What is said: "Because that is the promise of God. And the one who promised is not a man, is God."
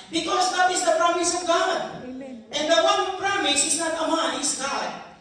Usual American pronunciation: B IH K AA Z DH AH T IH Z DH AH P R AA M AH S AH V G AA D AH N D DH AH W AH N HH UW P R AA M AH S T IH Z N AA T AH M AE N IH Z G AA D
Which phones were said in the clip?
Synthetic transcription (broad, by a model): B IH K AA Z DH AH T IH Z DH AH P R AA M AH S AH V G AA D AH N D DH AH W AH N P R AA M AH S IH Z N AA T AH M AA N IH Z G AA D